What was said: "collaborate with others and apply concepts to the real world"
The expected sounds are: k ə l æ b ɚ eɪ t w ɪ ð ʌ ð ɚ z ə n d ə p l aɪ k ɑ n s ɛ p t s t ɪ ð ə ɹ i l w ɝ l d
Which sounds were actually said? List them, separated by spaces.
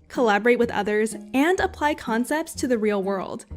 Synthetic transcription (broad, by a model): k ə l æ b ɚ eɪ t w ɪ ð ʌ ð ɚ z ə n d ə p l aɪ k ɑ n s ɛ p t s t ɪ ð ə ɹ i l w ɝ l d